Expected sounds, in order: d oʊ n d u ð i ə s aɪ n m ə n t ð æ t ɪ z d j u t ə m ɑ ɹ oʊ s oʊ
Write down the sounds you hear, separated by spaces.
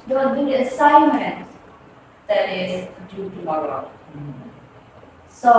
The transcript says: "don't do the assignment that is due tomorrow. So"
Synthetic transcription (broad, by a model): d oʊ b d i ə s aɪ n m ə n t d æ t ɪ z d j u t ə ɑ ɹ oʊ s oʊ